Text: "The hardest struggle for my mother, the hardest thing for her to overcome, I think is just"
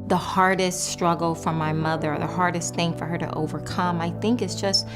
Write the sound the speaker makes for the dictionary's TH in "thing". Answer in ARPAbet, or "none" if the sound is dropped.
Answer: TH